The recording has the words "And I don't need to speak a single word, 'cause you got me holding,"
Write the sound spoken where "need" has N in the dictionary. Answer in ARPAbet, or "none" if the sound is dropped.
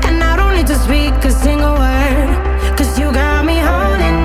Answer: L